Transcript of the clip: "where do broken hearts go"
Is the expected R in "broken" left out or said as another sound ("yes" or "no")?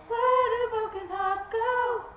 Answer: yes